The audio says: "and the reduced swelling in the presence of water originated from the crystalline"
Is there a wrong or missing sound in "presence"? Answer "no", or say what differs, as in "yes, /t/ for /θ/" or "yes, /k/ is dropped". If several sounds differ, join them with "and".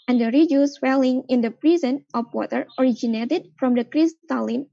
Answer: yes, /s/ is dropped